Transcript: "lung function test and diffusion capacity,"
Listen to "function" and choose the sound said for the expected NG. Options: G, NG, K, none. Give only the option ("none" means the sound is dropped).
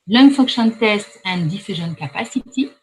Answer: none